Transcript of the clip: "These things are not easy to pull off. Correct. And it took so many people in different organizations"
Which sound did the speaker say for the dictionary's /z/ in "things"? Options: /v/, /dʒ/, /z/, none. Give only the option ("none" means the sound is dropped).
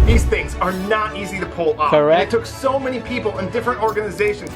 /z/